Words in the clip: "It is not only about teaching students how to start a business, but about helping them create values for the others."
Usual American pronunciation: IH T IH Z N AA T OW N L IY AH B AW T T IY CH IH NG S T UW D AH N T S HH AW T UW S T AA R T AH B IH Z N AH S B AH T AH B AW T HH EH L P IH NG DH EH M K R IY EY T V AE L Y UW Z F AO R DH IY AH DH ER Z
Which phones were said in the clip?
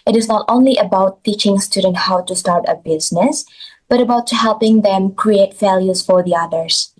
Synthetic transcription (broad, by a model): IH T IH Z N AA T OW N L IY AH B AW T T IY CH IH NG S T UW D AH N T HH AW T UW S T AA R T AH B IH Z N AH S B AH T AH B AW T HH EH L P IH NG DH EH M K R IY EY T F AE L Y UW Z F AO R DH IY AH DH ER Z